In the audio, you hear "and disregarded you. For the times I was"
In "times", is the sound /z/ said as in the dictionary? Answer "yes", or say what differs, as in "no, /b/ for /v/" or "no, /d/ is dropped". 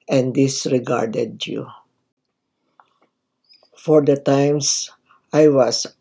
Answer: no, /s/ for /z/